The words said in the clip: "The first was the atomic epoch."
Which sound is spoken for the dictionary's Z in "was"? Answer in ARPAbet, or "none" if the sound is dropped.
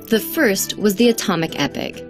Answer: Z